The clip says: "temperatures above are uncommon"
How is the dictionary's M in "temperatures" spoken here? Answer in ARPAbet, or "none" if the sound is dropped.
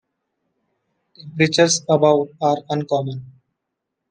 none